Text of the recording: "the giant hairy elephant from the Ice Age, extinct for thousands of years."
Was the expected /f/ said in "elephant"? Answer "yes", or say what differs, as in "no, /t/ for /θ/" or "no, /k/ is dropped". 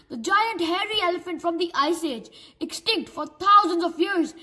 yes